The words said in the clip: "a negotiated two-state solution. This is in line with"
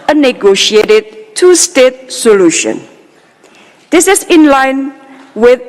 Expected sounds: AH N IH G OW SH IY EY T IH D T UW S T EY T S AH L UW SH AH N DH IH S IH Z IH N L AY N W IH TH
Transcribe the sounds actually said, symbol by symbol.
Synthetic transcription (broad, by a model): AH N IH G OW SH IY EY T IH D T UW S T EY T S AH L UW SH AH N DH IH S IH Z IH N L AY N W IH